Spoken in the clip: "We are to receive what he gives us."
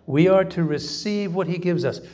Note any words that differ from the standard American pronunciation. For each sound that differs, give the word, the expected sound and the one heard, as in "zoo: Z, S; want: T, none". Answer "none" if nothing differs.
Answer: none